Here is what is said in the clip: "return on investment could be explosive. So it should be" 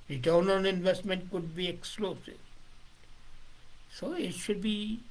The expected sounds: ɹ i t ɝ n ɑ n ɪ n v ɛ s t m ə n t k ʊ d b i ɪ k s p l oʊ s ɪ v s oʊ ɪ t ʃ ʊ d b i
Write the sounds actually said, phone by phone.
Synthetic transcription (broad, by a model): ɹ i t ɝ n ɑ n ɪ n v ɛ s t m ə n t k ʊ d b i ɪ k s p l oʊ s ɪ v s oʊ ɪ t ʃ ʊ d b i